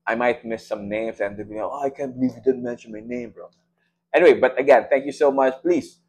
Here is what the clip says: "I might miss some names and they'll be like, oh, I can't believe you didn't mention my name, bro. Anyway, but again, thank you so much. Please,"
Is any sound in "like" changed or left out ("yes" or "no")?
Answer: yes